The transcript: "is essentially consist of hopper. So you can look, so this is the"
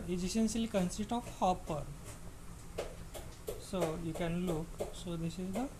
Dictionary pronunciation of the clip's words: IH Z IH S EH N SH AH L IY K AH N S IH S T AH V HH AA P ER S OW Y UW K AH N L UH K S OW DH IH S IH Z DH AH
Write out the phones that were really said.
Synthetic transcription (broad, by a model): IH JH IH SH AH N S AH L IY K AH N S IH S T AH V HH AA P ER S OW Y UW K AH N L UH K S OW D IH S IH Z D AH